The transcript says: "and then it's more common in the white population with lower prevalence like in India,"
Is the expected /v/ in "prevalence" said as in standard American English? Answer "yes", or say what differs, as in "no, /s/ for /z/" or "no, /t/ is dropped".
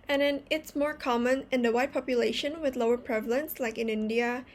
yes